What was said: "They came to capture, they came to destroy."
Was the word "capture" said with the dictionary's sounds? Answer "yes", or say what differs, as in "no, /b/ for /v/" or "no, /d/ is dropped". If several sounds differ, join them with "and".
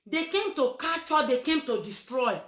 no, /p/ is dropped